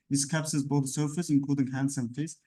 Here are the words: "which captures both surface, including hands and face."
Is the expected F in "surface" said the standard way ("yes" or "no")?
yes